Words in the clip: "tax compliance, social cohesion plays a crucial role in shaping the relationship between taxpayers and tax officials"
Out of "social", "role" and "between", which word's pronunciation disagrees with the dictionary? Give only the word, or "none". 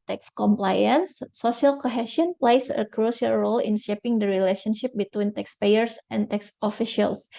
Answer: social